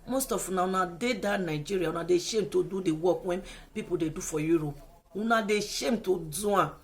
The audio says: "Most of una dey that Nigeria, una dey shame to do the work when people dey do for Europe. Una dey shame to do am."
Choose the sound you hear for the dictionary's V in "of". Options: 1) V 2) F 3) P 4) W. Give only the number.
4